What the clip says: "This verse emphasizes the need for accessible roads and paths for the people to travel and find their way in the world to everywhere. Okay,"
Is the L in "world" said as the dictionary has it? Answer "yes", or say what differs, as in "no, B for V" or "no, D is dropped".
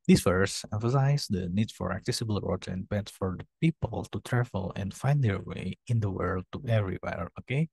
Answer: yes